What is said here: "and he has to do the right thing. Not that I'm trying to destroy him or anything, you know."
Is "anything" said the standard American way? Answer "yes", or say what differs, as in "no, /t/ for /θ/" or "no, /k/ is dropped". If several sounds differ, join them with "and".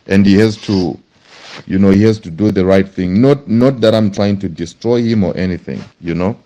yes